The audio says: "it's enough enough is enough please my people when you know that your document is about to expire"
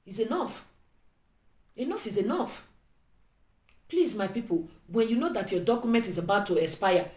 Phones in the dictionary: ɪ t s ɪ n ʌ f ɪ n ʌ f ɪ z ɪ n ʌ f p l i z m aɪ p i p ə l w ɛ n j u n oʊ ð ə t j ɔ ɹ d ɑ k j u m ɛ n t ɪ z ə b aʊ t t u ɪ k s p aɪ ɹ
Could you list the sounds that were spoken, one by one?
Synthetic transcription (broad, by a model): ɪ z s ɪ n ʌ f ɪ n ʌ f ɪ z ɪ n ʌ f p l i z m aɪ p i p ə l w ɛ n j u n oʊ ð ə t j ɔ d ɑ k j u m ɛ n t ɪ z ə b aʊ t t u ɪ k s p aɪ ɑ